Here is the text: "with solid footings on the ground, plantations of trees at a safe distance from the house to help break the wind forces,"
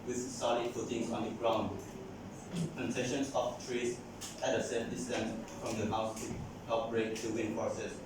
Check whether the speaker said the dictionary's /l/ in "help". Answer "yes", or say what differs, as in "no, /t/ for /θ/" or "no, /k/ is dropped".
no, /l/ is dropped